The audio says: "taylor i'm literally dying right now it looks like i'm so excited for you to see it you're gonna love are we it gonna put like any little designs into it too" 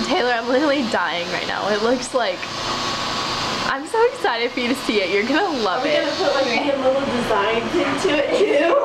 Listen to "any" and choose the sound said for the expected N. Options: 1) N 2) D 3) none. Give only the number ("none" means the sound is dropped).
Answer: 3